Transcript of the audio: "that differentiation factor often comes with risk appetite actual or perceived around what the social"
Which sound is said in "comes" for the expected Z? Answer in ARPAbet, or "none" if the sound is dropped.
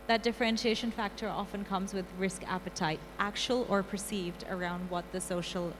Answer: Z